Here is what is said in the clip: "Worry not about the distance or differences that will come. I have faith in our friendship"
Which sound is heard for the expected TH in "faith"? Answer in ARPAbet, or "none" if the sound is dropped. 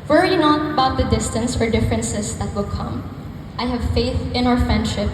TH